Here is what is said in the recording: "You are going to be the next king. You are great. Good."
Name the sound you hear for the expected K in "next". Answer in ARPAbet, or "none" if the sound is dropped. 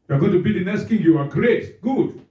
none